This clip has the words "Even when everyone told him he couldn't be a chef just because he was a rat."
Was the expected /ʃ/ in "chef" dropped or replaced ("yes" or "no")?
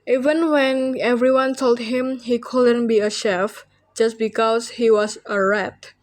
no